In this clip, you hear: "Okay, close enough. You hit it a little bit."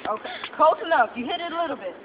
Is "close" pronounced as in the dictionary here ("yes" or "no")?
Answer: no